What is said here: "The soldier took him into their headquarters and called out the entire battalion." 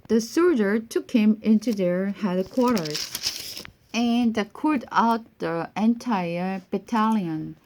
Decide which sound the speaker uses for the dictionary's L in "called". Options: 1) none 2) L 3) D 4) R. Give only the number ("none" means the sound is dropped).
1